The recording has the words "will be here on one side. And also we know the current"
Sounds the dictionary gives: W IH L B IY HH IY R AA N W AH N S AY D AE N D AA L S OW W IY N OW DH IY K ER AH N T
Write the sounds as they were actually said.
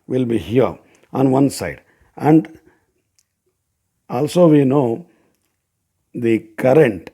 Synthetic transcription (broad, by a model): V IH L B IY HH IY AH AA N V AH N S AY D AE N D AA L S OW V IY N OW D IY K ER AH N T